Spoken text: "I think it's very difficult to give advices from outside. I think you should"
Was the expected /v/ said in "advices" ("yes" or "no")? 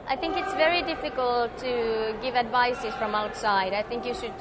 yes